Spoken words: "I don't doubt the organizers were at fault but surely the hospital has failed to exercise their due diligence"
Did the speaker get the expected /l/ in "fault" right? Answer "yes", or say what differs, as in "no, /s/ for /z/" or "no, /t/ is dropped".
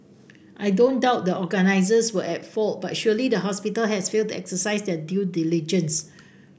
yes